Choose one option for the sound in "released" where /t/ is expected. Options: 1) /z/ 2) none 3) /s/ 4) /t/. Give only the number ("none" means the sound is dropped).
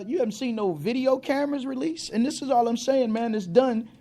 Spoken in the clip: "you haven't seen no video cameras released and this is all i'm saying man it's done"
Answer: 2